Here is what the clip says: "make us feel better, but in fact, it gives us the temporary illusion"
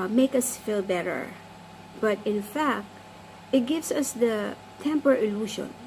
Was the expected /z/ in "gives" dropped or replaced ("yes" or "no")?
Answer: yes